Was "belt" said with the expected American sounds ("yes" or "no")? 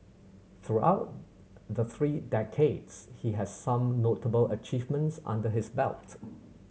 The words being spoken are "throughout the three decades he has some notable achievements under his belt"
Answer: yes